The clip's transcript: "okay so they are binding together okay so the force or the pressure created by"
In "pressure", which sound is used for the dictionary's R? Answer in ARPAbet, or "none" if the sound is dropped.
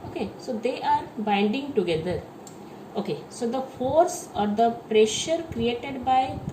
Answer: R